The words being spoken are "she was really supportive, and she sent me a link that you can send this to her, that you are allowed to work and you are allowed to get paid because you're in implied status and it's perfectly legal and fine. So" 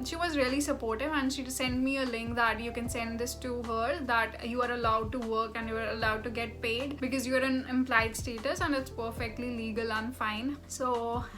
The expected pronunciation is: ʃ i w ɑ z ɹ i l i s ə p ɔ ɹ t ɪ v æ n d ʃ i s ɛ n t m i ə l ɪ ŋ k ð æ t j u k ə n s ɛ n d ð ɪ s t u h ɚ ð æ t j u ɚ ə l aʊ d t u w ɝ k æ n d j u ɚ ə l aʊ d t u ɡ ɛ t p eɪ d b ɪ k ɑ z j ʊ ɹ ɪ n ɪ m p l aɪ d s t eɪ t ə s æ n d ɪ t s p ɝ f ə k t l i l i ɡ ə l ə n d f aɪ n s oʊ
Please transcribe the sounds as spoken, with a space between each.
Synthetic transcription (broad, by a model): ʃ i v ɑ z ɹ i l i s ə p ɔ ɹ t ɪ v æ n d ʃ i s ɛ n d m i ə l ɪ ŋ k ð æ t j u k ə n s ɛ n d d ɪ s t u h ɚ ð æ t j u ɚ ə l aʊ d t u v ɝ k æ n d j u ɚ ə l aʊ d t u ɡ ɛ t p eɪ d b ɪ k ɑ z j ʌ ɹ ɪ n ɪ m p l aɪ d s t eɪ t ə s æ n d ɪ t s p ɝ f ə k t l i l i ɡ ə l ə n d f aɪ n s oʊ